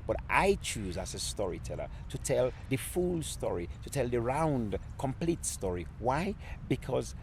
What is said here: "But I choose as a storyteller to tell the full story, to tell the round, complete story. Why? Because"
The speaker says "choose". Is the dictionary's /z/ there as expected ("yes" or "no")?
yes